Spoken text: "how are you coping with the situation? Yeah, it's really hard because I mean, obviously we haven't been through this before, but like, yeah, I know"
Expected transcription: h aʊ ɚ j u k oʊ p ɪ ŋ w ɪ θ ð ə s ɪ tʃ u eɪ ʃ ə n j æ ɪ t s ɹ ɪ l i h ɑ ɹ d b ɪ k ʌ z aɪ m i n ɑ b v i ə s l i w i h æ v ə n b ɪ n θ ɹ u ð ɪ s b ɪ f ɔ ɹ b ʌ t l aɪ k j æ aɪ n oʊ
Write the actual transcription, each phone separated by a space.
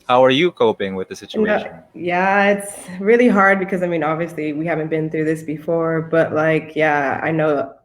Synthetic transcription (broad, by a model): h aʊ ɚ j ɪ k oʊ p ɪ ŋ w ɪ ð ə s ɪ tʃ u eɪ ə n j æ ɪ t s ɹ ɪ l i h ɑ ɹ d b ɪ k ʌ z aɪ m i n ɑ b v i ə s l i w i h æ v ə n b ɪ n θ ɹ u ð ɪ s b ɪ f ɔ ɹ b ʌ t l aɪ k j æ aɪ n oʊ